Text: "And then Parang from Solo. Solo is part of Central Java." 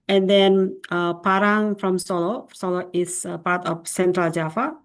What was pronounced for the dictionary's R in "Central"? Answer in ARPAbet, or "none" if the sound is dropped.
R